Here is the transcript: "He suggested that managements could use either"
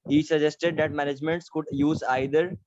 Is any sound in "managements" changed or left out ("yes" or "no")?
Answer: no